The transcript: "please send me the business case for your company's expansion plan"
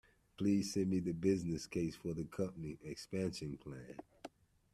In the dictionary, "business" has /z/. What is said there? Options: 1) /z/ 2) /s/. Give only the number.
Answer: 1